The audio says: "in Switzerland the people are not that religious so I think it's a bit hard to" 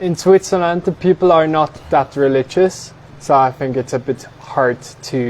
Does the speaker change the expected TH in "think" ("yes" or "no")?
no